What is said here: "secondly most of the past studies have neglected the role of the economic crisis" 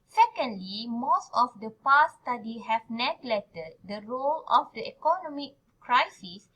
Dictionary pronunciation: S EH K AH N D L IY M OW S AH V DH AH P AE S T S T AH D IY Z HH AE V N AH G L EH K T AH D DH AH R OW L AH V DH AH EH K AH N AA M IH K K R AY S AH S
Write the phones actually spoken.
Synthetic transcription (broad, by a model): S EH K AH N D L IY M OW S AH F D AH P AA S S T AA D IY HH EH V N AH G L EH T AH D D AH R OW L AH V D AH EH K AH N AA M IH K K R AY S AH S